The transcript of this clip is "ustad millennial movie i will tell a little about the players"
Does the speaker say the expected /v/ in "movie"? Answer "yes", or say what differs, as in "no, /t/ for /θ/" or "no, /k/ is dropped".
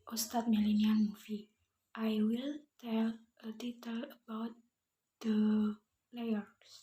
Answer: no, /f/ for /v/